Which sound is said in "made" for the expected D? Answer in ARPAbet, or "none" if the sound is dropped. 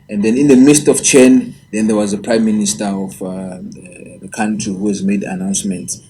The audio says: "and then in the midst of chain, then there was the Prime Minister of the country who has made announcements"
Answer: D